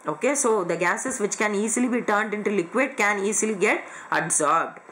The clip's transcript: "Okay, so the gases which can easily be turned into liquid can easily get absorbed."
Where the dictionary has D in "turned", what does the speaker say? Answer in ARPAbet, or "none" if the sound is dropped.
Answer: D